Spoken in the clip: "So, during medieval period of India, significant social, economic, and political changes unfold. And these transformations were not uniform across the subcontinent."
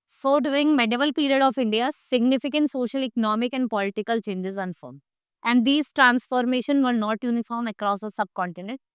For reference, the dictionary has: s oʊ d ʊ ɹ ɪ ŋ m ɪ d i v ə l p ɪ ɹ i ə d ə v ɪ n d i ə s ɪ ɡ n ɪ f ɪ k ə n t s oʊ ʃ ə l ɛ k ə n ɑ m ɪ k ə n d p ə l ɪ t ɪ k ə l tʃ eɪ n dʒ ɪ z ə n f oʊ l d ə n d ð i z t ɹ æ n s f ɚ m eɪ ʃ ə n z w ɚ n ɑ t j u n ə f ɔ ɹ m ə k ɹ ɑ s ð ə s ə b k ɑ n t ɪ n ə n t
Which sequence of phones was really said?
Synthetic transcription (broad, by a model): s oʊ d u ɪ ŋ m ɪ d i v ə l p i ɹ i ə d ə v ɪ n d i ə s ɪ ɡ n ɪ f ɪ k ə n t s oʊ ʃ ə l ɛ k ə n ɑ m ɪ k ə n d p ə l ɪ t ɪ k ə l tʃ eɪ n dʒ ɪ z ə n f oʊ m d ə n d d i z t ɹ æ n s f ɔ m eɪ ʃ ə n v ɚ n ɑ t j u n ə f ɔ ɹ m ə k ɹ ɑ s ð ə s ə b k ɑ n t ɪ n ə n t